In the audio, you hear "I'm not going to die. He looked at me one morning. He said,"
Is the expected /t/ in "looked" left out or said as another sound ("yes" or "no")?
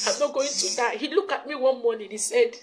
yes